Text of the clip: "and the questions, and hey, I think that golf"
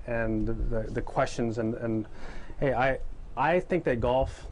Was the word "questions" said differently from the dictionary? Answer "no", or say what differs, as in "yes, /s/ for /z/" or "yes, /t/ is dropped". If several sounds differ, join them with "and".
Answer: no